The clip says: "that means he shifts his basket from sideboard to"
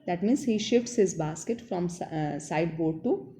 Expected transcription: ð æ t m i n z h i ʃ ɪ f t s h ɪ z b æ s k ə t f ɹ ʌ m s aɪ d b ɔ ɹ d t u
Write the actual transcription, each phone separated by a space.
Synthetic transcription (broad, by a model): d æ t m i n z h i ʃ ɪ f t s h ɪ z b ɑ s k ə t f ɹ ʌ m s aɪ d b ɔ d t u